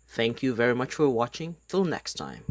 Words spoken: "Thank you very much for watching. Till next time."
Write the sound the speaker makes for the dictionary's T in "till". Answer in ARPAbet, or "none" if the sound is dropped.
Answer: T